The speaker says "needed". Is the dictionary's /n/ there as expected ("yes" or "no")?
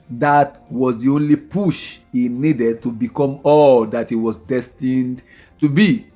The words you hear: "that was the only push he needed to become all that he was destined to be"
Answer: yes